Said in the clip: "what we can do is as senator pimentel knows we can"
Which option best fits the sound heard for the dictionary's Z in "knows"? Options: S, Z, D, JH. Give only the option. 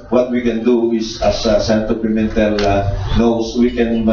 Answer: S